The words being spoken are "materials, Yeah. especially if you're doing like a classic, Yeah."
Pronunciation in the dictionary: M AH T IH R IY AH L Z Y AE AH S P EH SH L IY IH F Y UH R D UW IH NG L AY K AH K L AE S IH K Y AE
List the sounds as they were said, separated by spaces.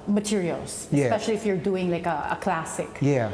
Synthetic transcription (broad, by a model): M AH T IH R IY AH L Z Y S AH P EH SH L IY IH F Y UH R D UW IH NG L AY K AH K L AE S IH K Y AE